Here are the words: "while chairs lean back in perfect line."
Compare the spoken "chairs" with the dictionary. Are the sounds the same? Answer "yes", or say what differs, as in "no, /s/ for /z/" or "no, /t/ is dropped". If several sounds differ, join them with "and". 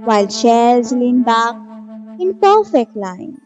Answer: no, /ʃ/ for /tʃ/